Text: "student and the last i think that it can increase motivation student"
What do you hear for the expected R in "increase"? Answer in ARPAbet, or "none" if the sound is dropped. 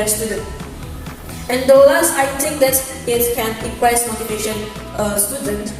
W